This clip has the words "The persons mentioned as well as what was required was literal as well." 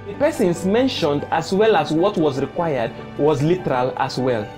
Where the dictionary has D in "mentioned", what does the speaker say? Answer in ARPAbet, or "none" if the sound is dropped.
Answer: D